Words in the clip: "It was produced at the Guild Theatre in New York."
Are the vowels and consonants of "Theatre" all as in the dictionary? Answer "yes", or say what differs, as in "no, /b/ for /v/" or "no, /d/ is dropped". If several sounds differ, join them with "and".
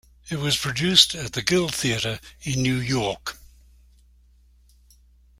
yes